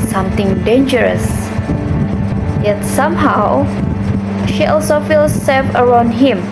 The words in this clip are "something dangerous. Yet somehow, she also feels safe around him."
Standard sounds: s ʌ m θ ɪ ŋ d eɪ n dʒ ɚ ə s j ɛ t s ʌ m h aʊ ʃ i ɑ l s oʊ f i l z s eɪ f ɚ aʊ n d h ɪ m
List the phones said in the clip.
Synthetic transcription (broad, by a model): s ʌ m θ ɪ ŋ d eɪ n dʒ ɚ ə s j ɛ t s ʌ m h aʊ ʃ i ɑ l s oʊ f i l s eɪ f ɚ aʊ n d h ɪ m